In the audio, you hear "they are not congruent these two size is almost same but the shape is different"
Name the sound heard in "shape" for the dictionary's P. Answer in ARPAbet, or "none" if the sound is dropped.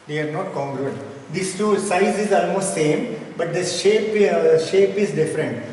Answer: P